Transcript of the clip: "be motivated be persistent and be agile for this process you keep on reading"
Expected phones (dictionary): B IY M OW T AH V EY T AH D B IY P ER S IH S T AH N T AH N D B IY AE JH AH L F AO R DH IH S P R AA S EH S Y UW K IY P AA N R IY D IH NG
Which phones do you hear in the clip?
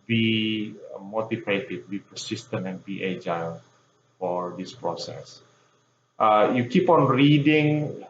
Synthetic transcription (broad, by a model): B IY M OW T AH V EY T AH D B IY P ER S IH S T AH N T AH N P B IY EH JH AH N F AO R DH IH S P R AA S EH S Y UW K IY P AA N R IY D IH NG